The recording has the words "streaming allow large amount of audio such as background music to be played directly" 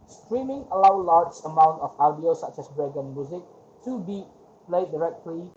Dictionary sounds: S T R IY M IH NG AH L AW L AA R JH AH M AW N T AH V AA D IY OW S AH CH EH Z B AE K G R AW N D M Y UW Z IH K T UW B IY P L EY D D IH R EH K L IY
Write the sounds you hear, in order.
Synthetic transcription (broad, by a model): S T R IY M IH NG AH L AW L AA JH AH M AW N T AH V AA D IY OW S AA CH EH S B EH G AW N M Y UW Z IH K T UW B IY P L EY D D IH R EH K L IY